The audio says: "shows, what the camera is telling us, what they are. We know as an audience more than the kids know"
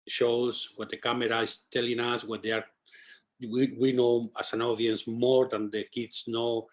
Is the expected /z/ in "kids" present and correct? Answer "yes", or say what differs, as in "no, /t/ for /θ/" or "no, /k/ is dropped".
no, /s/ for /z/